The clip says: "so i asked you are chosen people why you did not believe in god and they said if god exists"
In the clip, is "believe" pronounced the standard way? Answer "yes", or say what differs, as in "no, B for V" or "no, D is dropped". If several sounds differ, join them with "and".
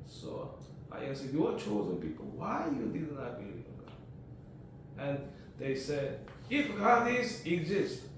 no, V is dropped